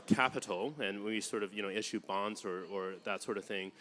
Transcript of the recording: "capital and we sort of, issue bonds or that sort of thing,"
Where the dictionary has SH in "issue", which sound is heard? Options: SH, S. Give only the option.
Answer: SH